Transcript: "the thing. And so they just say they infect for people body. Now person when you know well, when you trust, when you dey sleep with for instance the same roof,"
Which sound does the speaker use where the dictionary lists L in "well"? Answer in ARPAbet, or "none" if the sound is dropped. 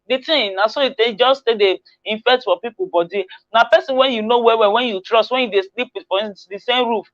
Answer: W